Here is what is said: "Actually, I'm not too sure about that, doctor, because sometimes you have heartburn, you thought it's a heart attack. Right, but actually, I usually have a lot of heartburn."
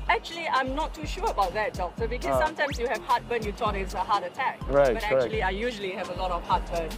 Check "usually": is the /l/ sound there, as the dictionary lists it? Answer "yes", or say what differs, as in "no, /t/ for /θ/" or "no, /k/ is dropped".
yes